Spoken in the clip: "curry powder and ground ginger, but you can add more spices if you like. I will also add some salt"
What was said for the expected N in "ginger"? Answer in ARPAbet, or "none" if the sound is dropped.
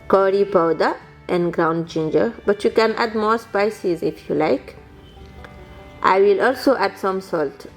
N